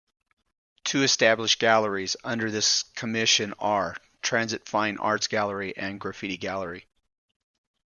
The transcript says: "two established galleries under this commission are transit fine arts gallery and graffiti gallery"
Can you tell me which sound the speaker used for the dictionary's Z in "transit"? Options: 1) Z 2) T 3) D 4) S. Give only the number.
1